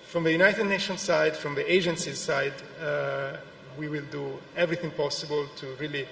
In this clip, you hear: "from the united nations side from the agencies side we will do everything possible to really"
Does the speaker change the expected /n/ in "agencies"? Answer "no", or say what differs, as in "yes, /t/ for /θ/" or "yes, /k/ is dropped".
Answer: no